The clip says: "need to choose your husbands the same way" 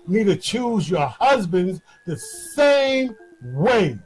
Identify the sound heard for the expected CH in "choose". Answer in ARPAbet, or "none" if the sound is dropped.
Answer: CH